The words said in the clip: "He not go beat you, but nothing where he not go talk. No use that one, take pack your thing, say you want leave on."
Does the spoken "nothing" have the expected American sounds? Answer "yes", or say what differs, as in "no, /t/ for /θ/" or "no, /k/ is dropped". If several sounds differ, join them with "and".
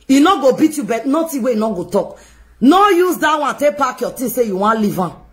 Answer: no, /t/ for /θ/